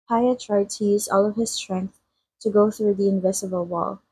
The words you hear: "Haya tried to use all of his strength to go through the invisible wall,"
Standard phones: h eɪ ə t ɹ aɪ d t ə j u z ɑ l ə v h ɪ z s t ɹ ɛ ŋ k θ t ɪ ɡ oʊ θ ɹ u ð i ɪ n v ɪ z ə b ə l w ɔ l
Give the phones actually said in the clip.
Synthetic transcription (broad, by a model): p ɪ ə t ɹ aɪ d t ə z ɑ l ə v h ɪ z s t ɹ ɛ ŋ k θ t ɪ ɡ oʊ θ ɹ u ð i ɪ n v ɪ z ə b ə l w ɔ l